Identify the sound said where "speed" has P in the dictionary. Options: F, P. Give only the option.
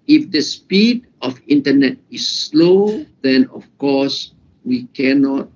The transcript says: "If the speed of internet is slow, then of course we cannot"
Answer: P